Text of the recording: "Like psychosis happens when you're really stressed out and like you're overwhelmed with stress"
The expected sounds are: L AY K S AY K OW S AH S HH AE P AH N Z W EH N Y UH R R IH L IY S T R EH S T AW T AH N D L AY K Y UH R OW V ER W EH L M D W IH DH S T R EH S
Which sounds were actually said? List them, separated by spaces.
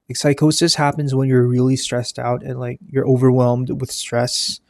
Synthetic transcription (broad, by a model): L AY K S AY K OW S AH S HH AE P AH N Z W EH N Y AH R R IH L IY S T R EH S T AW T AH N L AY K Y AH R OW V ER W EH L M D W IH DH S T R EH S